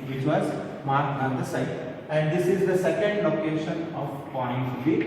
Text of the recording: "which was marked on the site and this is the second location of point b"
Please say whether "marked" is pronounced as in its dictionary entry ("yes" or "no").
no